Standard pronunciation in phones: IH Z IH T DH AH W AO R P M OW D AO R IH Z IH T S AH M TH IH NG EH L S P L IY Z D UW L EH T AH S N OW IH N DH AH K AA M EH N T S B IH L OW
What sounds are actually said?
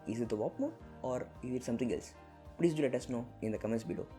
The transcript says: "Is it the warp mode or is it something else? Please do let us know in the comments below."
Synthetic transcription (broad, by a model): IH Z IH T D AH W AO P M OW AO R IH Z IH T S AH M T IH NG EH L S P L IY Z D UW L EH T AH S N OW IH N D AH K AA M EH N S B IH L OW